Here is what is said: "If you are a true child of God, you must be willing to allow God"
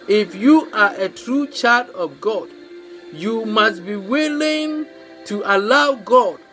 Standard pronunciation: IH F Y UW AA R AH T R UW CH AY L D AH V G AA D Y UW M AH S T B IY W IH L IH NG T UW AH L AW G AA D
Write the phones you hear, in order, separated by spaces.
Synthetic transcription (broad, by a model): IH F Y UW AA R AH T R UW CH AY D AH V G AA D Y UW M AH S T B IY W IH L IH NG T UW AH L AW G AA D